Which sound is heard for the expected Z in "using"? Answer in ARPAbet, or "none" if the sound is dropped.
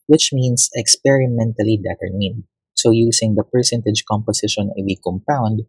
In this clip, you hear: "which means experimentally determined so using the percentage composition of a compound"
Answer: S